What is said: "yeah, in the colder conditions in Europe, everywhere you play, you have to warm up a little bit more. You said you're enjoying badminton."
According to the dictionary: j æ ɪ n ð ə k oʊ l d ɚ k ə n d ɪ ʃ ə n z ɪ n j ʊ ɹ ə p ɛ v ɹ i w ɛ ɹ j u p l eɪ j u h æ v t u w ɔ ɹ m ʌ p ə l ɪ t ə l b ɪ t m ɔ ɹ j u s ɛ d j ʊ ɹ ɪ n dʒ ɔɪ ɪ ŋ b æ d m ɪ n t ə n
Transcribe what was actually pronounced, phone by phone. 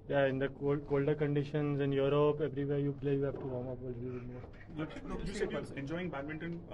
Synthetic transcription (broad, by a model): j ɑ ɪ n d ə k oʊ l d ɚ k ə n d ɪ ʃ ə n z ɪ n j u ɹ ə p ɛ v ɹ i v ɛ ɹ j u b l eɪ j u h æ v t u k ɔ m ʌ p ə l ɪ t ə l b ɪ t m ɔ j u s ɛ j ɪ n dʒ ɔɪ ɪ ŋ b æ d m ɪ n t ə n